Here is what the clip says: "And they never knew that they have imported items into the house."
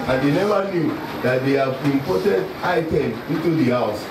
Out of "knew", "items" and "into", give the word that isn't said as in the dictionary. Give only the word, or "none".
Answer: items